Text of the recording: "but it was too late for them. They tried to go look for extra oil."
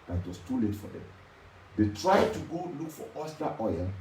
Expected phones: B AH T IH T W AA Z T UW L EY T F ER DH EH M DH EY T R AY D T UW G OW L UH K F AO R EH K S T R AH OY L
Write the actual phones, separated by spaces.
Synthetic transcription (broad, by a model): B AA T IH T W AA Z T UW L EY T F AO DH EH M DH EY T R AY D T UW G OW L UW K F AO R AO S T AH OY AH